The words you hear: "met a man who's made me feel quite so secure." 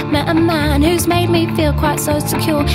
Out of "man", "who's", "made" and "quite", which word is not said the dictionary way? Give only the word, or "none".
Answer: none